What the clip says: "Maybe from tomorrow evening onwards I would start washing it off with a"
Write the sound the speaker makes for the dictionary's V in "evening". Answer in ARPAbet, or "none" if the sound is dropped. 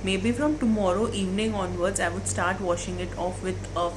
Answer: V